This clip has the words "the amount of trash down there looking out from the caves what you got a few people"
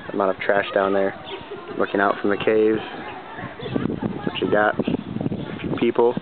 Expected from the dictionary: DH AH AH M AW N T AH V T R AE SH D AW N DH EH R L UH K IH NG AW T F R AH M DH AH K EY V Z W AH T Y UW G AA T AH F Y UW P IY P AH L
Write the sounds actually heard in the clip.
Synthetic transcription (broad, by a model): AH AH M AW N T AH V T R AE SH D AW N DH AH R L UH K IH NG AW T F R AH M DH AH K EY V Z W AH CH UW G AA T AH F Y UW P IY P L